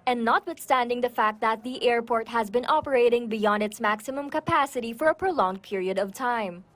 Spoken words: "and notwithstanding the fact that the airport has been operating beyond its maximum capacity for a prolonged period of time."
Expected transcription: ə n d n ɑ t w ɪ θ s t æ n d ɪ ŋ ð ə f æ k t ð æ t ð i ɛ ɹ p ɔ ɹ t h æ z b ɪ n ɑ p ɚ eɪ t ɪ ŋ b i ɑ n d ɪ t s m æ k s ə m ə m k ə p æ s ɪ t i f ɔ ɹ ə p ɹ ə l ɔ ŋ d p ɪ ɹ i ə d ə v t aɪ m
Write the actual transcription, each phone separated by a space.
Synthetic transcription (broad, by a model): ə n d n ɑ t w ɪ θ s t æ n d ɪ ŋ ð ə f æ k t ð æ t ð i ɛ ɹ p ɔ ɹ t h æ z b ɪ n ɑ p ɚ eɪ t ɪ ŋ b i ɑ n d ɪ t s m æ k s ə m ə m k ə p æ s ɪ t i f ɔ ɹ ə p ɹ ə l ɔ ŋ d p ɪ ɹ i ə d ə v t aɪ m